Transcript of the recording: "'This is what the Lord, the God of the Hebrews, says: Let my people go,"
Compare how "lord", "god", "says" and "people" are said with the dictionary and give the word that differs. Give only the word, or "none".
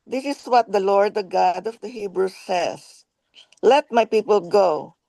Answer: says